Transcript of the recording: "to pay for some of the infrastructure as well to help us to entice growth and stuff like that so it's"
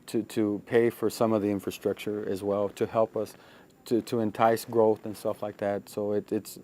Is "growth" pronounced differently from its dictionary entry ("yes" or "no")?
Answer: no